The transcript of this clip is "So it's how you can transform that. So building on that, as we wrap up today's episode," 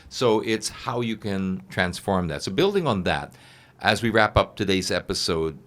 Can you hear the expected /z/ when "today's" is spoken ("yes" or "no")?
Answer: yes